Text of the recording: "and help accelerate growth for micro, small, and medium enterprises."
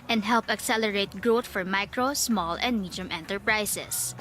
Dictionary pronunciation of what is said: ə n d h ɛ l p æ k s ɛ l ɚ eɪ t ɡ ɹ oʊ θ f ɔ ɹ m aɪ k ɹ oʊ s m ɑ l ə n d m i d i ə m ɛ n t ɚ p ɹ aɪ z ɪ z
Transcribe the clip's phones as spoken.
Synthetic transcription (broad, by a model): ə n d h ɛ l p æ k s ɛ l ɚ eɪ t ɡ ɹ oʊ t f ɔ ɹ m aɪ k ɹ oʊ s m ɑ l ə n d m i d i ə m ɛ n t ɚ p ɹ aɪ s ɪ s